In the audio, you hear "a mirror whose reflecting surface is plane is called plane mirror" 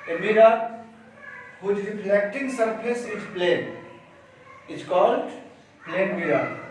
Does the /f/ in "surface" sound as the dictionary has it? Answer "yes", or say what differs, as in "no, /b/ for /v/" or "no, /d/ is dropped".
no, /p/ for /f/